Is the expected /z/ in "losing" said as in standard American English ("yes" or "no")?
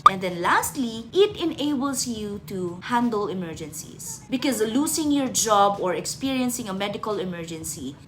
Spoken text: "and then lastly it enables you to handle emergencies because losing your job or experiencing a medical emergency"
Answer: no